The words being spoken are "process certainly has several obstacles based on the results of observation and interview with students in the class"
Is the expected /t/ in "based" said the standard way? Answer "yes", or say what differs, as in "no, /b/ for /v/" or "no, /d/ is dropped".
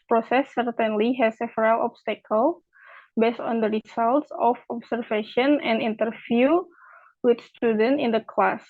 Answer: yes